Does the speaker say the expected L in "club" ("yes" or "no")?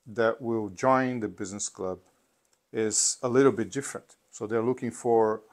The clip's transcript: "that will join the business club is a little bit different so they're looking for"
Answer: yes